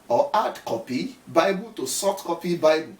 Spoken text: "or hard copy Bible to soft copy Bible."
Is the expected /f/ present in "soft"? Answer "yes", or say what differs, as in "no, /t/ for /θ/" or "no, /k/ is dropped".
no, /f/ is dropped